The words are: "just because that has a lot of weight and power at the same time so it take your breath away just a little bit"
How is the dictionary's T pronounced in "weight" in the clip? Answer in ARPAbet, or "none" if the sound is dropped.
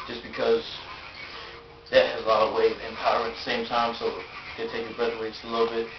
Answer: none